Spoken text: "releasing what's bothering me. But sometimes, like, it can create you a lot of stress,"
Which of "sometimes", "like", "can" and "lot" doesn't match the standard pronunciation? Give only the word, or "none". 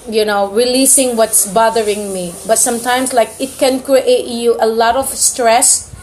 sometimes